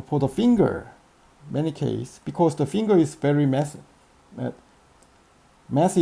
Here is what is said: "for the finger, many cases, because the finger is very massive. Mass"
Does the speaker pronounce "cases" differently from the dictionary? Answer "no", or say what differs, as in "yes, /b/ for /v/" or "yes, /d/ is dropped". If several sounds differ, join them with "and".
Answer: yes, /s/ is dropped and /s/ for /z/